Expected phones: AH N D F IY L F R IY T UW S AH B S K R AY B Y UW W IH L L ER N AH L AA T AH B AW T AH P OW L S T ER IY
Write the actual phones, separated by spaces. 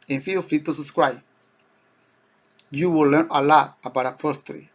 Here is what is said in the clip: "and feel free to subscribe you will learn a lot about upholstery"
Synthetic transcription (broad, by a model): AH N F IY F IY T UW S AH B S K R AY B Y UW W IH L L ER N AH L AA T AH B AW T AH P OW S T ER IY